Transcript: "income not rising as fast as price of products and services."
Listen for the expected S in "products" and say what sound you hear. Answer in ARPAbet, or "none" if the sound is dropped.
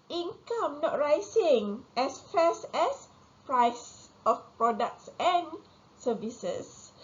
S